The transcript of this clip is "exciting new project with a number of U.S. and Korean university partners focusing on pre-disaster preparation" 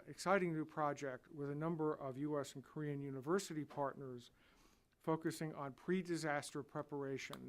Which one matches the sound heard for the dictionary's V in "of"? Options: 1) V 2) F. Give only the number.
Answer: 1